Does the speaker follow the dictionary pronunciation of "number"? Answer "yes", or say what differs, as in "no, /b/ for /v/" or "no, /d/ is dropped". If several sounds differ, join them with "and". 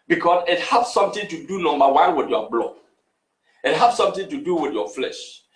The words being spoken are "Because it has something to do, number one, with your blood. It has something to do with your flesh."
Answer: no, /b/ is dropped